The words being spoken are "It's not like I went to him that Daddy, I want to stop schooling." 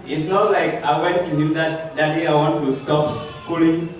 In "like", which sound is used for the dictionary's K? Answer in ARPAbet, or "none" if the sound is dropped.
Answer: K